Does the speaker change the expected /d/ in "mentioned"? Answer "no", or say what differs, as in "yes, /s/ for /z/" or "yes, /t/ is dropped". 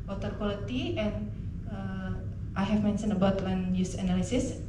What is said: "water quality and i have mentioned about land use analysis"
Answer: yes, /d/ is dropped